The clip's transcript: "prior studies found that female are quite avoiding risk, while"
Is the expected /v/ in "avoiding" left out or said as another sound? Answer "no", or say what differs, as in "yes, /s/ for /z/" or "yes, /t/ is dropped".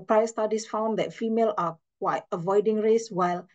no